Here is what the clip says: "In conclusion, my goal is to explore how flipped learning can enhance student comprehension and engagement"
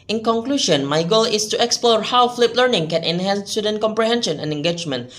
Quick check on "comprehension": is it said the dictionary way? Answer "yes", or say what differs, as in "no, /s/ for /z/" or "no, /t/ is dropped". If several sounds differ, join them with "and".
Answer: yes